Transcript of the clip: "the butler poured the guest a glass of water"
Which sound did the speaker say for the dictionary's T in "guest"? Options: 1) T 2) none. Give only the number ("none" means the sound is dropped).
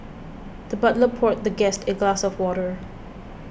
1